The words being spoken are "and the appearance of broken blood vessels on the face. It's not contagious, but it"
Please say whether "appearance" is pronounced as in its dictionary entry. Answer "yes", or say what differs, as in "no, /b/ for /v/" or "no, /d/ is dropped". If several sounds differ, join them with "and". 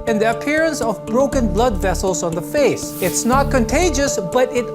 yes